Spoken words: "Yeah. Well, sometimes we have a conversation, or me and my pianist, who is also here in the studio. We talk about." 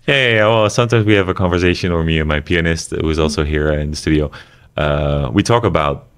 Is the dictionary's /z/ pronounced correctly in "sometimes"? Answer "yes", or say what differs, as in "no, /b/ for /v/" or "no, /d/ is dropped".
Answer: yes